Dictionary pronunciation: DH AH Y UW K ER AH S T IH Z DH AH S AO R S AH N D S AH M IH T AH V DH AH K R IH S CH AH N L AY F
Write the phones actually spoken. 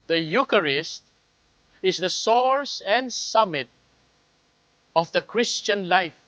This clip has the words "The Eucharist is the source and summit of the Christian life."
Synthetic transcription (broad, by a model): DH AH Y UW K ER AH S T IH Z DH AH S AO R S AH N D S AH M IH T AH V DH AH K R IH S CH AH N L AY F